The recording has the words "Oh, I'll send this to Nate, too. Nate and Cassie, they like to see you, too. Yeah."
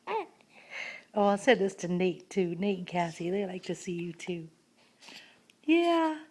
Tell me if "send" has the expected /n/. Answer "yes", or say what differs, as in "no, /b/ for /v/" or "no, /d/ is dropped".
no, /n/ is dropped